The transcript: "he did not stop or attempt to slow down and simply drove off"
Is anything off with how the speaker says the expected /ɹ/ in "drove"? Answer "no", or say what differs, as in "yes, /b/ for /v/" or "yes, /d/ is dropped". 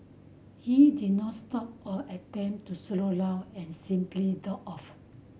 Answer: yes, /ɹ/ is dropped